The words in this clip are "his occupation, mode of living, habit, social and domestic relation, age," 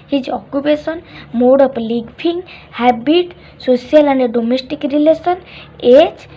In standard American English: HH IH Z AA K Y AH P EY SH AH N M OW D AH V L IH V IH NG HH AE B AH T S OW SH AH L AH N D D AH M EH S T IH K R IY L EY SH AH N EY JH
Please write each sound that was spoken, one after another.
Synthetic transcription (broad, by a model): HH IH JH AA K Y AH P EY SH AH N M OW D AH P L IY P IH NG HH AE B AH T S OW S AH L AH N D D AH M EH S T IH K R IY L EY S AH N EY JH